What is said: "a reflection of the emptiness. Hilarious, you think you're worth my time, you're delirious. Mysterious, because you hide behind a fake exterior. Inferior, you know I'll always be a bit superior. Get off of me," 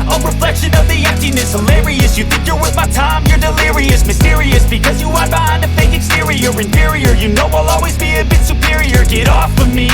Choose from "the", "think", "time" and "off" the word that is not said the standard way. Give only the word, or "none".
none